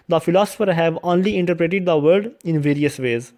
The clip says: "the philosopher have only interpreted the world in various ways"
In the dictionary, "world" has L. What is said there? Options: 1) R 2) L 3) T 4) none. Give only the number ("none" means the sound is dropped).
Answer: 4